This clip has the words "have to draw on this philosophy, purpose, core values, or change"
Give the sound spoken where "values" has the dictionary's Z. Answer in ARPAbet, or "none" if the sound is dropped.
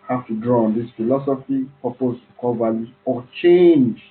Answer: none